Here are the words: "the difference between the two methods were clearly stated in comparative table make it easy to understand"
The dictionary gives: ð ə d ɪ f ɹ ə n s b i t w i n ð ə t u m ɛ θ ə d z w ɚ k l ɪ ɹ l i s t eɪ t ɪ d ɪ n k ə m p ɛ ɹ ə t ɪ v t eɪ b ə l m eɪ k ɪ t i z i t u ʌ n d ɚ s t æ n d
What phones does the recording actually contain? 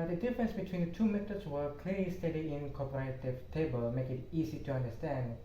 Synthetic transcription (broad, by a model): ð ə d ɪ f ɹ ə n s b i t w i n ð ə t u m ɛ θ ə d s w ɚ k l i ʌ l i s t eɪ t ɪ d ɪ n k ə p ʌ ɹ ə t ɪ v t eɪ b ə l m eɪ k ɪ t i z i t u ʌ n d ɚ s t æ n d